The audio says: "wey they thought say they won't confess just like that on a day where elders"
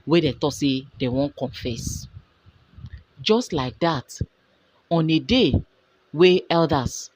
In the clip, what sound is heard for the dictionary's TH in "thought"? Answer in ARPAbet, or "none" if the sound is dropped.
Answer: T